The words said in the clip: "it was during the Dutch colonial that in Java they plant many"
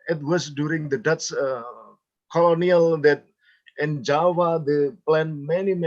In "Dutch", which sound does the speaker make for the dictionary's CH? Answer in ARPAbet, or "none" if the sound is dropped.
S